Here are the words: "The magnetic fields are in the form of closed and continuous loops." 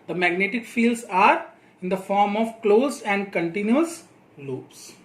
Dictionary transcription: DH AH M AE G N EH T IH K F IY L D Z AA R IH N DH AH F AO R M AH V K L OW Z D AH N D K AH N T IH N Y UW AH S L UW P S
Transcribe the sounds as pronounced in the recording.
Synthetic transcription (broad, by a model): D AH M AE G N EH T IH K F IY L D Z AA R IH N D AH F AO R M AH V K L OW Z AH N D K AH N T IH N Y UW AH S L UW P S